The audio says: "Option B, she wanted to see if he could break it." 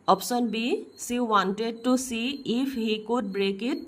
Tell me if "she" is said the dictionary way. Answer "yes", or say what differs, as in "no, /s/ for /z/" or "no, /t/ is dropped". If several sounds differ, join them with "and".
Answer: no, /s/ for /ʃ/